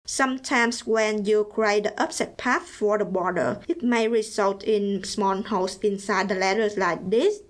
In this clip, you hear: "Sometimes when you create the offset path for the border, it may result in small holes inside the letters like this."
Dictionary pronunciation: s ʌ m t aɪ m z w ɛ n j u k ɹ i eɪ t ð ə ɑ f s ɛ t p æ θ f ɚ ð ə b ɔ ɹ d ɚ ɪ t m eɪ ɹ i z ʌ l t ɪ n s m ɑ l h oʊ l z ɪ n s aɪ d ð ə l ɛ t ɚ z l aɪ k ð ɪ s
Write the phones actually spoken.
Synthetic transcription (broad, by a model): s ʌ m t aɪ m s w ɛ n j u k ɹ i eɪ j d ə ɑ p s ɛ t p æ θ f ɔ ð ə b ɔ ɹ d ɚ ɪ t m eɪ ɹ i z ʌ l t ɪ n s m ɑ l h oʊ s ɪ n s aɪ d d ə l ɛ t ɚ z l aɪ k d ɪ s